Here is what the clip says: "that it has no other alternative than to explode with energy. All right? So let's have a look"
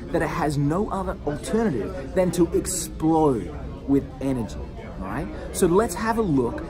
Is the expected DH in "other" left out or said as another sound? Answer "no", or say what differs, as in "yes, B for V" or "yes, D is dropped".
no